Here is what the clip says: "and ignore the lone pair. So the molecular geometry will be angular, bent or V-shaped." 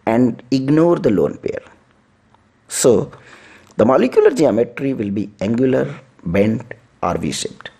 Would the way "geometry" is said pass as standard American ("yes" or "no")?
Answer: yes